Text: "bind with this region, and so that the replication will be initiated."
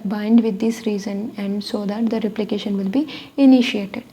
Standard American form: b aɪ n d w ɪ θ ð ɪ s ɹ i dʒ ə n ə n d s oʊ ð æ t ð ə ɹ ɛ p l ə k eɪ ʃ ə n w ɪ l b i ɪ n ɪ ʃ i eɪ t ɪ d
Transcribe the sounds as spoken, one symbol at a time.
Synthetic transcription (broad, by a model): b aɪ n d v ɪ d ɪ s ɹ i z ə n ə n d s oʊ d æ t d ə ɹ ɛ p l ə k eɪ ʃ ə n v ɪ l b i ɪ n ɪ ʃ i eɪ t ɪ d